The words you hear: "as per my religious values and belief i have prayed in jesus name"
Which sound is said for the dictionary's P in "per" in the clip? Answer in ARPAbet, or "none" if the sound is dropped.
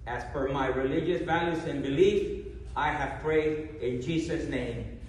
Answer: F